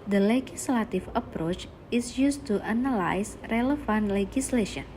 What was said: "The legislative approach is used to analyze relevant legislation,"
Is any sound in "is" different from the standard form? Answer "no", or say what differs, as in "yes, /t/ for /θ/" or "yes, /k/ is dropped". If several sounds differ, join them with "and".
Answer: yes, /s/ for /z/